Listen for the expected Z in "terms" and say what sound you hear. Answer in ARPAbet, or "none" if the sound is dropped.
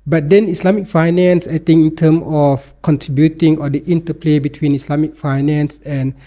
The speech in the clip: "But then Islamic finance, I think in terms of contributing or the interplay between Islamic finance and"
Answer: none